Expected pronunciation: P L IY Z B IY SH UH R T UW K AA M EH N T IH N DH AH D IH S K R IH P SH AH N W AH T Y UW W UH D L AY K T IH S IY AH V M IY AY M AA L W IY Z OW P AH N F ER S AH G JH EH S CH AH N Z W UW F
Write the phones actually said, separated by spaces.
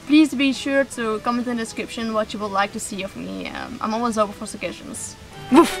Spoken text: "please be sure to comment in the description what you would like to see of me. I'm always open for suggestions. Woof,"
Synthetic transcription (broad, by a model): P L IY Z B IY SH UH R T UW K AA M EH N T IH N D IH S K R IH P SH AH N W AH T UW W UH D L AY K T IH S IY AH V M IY AY M AA L W IY Z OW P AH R F ER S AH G EH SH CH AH N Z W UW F